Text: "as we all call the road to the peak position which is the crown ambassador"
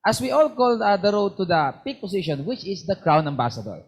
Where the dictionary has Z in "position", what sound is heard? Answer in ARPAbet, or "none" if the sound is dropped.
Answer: S